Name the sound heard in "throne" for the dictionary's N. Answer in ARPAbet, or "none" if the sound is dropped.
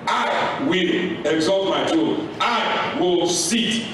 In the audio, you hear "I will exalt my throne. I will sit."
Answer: none